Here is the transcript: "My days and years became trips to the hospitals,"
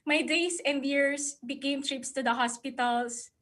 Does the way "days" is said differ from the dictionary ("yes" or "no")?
yes